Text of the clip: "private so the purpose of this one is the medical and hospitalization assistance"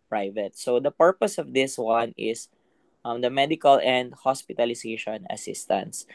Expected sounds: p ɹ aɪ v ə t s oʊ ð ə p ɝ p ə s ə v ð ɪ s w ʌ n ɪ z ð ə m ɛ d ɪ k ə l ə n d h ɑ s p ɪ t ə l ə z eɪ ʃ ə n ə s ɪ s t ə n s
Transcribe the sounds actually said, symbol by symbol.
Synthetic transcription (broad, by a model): p ɹ aɪ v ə t s oʊ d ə p ɝ p ə s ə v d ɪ s w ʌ n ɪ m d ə m ɛ d ɪ k ə l ə n d h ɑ s p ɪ t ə l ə s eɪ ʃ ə n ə s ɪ s t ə n s